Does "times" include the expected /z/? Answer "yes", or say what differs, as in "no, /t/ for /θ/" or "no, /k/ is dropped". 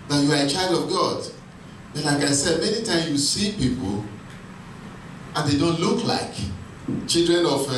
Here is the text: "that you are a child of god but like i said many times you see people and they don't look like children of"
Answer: no, /z/ is dropped